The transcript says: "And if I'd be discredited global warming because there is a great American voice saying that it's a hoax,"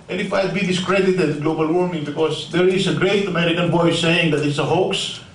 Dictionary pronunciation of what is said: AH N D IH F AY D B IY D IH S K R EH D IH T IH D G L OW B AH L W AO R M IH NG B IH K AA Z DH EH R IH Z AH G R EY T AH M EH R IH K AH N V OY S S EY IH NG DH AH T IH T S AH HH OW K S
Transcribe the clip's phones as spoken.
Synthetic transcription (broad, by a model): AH N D IH F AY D B IY D IH S K R EH D IH T IH D G L OW B AH L W AO R M IH NG B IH K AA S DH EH R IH S AH G R EY T AH M EH R IH K AH N B OY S S EY IH NG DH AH T IH T S AH HH OW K S